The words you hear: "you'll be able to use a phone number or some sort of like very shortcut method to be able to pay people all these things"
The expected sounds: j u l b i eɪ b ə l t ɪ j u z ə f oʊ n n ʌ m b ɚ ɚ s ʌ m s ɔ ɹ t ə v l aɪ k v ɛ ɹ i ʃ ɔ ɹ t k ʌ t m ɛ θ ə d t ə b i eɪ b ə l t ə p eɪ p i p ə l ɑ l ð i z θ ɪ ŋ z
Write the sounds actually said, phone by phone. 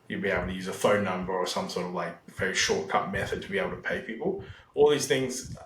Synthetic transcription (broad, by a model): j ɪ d b i eɪ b l t ɪ j u z ə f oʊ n n ʌ m b ɚ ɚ s ʌ m s ɔ ɹ t ə v l aɪ k v ɛ ɹ i ʃ ɔ ɹ t k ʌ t m ɛ θ ə d t ə b i eɪ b l t ə p eɪ p i p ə l ɑ l ð i z θ ɪ ŋ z